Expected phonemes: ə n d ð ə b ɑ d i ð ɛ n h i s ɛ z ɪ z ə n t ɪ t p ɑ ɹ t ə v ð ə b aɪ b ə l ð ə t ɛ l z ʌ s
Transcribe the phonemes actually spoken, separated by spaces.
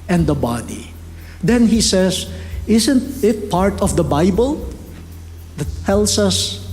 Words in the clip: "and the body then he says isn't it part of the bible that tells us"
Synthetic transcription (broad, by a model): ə n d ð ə b ɑ d i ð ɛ n h i s ɛ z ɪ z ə n t ɪ t p ɑ ɹ t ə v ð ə b aɪ b ə l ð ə t ɛ l s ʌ s